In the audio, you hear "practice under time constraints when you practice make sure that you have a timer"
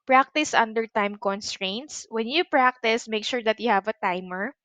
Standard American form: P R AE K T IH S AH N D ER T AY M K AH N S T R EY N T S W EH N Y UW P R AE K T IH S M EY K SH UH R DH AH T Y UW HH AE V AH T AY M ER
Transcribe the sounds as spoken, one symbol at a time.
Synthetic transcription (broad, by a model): P R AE K T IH S AH N D ER T AY M K AH N S T R EY N T S W EH N Y UW P R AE K T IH S M EY K SH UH R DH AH T Y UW HH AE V AH T AY M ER